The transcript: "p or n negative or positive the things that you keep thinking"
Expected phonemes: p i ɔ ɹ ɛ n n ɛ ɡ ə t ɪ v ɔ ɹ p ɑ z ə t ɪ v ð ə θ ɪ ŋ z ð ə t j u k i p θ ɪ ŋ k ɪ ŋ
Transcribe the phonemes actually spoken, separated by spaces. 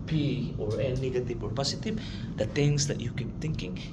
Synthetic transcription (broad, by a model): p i ɔ ɹ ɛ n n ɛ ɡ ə t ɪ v ɔ ɹ p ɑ s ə t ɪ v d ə t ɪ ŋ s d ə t j u k i p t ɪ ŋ k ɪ ŋ